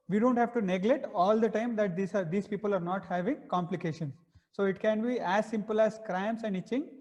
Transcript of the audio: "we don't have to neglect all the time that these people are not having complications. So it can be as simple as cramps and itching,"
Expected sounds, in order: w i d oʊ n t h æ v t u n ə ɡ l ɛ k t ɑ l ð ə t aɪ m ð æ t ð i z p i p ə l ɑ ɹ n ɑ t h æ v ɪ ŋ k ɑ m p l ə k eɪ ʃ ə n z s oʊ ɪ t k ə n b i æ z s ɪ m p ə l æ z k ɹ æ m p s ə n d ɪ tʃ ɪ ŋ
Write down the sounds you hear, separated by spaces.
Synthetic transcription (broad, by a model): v i d oʊ n t h æ v t u n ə ɡ l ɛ t ɑ l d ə t aɪ m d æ t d i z p i p ə l ɑ ɹ n ɑ t h æ v ɪ ŋ k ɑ m p l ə k eɪ ʃ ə n s oʊ ɪ t k ə n b i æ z s ɪ m p ə l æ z k ɹ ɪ m s ə n d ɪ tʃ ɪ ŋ